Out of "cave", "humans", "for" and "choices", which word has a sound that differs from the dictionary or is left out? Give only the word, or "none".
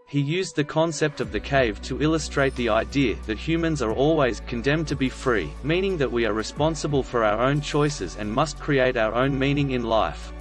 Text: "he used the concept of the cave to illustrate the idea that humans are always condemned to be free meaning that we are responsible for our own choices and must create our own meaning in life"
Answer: none